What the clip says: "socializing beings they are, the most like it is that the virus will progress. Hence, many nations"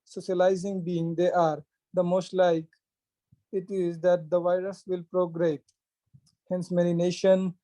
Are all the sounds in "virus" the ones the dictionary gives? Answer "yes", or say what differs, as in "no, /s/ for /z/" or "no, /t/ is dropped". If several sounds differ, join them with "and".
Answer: yes